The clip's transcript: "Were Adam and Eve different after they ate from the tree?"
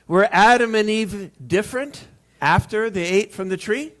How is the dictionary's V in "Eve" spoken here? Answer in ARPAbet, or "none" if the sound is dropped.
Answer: V